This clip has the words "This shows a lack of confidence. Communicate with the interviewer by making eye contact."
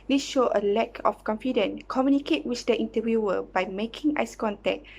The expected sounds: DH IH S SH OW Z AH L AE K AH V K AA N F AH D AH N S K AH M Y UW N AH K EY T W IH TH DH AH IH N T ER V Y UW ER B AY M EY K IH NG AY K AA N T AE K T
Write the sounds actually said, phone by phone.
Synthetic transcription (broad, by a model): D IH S SH OW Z AH L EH K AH F K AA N F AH D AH N K AH M Y UW N AH K EY T W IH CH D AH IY N T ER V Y UW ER B AY M EY K IH NG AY K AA N T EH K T